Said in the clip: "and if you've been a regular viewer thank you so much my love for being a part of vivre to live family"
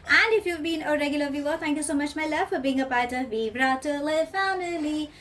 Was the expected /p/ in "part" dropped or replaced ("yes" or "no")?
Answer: yes